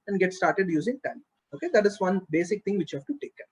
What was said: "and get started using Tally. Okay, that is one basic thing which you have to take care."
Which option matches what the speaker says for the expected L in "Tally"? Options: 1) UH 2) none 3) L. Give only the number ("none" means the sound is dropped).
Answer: 2